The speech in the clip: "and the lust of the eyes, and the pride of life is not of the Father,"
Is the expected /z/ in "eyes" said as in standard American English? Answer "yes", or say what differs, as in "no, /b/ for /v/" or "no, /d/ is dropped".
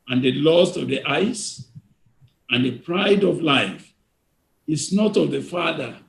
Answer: no, /s/ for /z/